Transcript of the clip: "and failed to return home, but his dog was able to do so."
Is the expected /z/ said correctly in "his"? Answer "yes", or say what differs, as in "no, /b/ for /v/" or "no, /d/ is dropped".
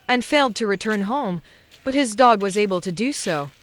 yes